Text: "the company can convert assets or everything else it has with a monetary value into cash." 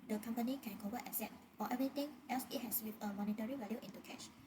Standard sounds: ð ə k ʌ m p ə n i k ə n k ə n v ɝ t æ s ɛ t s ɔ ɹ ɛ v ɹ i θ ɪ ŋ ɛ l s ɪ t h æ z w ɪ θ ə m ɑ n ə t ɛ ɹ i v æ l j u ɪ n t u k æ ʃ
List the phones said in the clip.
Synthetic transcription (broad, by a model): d ə k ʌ m p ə n i k ə n k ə v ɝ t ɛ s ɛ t ɔ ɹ ɛ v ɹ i t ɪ ŋ ɛ l s ɪ t h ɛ s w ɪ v ə m ɑ n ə t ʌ ɹ i v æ l j u ɪ n t u k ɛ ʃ